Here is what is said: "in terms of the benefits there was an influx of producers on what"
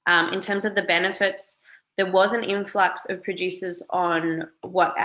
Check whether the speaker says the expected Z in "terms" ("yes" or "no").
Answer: yes